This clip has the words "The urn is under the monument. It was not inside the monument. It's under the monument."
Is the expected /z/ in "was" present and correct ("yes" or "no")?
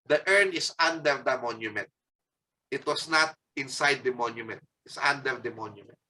no